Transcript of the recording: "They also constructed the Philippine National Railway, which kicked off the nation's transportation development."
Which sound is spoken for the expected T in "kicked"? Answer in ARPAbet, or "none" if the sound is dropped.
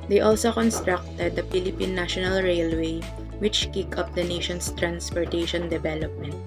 none